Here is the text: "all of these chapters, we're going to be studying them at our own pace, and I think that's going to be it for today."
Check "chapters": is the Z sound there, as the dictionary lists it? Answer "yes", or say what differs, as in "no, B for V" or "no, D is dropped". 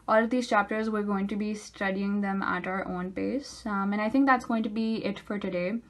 yes